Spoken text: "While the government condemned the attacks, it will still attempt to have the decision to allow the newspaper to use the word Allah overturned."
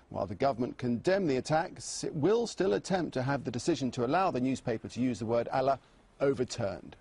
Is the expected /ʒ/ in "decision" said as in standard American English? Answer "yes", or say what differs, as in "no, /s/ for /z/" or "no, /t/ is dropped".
yes